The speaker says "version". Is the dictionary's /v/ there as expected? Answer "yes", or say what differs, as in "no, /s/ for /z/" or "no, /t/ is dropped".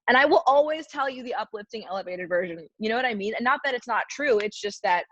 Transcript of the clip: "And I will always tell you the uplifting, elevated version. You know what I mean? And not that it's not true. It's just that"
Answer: yes